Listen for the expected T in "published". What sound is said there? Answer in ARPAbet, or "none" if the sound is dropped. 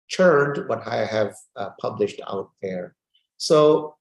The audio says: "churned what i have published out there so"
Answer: T